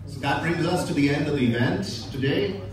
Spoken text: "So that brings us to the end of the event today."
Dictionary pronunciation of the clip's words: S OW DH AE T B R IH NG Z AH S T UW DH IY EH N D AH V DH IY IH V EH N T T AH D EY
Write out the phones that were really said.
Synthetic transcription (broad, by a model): S OW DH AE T B R IH NG Z AH S T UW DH IY EH N D AH V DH IY IH V EH N T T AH D EY